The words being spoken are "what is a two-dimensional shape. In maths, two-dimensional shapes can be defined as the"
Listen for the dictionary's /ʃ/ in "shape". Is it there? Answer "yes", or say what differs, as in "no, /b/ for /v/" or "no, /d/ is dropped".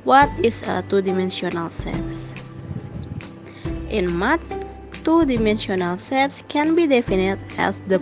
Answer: no, /s/ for /ʃ/